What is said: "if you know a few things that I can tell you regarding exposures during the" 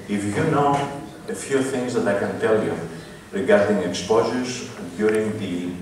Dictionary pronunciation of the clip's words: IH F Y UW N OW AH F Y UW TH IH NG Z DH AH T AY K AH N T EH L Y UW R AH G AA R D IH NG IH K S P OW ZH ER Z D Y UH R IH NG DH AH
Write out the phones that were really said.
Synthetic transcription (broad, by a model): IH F Y UW N OW AH F Y UW TH IH NG Z DH AH T AY K AH N T EH L Y UW R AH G AA R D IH NG IH K S P OW ZH ER Z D Y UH R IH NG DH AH